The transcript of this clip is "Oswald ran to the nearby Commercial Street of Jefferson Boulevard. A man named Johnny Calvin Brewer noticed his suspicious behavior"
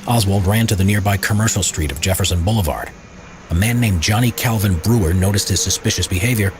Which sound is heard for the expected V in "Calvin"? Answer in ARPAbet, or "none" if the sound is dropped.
V